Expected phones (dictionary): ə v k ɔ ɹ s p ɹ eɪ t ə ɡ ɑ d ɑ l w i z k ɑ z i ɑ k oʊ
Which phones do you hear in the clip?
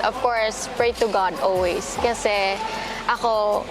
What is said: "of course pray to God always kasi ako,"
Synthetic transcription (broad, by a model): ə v k ɔ ɹ s p ɹ eɪ t ə ɡ ɑ d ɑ l w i s k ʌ s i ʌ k oʊ